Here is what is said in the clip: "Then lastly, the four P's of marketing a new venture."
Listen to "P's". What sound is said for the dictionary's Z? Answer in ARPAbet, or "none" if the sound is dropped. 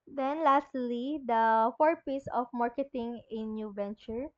S